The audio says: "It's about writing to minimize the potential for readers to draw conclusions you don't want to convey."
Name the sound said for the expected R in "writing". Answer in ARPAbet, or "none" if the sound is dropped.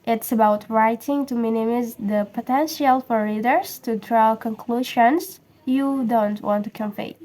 R